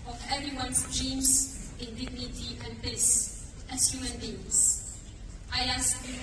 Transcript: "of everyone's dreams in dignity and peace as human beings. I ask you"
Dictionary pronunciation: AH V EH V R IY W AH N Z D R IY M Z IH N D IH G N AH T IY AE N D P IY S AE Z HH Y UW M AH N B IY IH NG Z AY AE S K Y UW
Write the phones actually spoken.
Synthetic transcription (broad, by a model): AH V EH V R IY W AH N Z D R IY M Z IH N D IH G N AH T IY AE N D B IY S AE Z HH Y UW M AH N B IY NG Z AY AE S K